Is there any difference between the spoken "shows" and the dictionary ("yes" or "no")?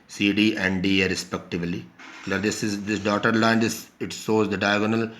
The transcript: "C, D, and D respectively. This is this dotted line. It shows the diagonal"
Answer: yes